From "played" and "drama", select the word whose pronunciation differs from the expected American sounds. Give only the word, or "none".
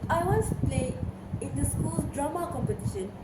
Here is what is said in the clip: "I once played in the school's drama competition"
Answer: played